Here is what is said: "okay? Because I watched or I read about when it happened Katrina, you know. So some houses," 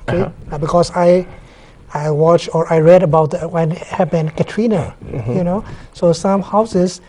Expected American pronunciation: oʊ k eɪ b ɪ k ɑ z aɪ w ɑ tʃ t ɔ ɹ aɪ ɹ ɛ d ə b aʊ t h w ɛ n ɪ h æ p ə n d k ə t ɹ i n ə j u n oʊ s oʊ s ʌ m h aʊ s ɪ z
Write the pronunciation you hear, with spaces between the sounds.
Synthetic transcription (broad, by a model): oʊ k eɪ b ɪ k ɑ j aɪ w ɑ tʃ t ɔ ɹ aɪ ɹ ɛ d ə b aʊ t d w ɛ n h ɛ b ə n k ə t ɹ i n ə j u n oʊ s oʊ s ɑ m h aʊ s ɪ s